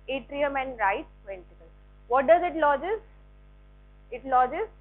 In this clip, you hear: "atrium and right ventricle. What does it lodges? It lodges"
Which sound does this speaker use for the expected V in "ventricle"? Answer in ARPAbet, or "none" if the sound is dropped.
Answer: P